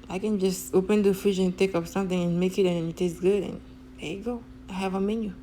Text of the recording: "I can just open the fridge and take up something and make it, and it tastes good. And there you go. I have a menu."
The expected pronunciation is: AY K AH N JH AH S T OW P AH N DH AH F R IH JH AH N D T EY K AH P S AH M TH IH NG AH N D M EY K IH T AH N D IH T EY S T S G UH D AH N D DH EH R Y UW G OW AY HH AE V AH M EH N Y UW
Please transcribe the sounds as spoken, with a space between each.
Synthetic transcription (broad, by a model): AY K AH N JH AH S T OW P AH N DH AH F IH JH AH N T EY K AH P S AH M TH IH NG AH N M EY K IH T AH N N IH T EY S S G UH D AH N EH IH G OW AY HH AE V AH M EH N Y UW